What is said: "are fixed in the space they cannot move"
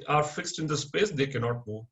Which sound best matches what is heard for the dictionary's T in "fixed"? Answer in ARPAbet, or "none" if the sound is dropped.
T